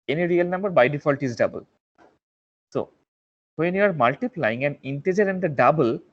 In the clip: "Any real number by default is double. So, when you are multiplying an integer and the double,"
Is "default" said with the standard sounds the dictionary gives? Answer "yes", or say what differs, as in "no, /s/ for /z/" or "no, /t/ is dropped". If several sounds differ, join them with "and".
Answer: yes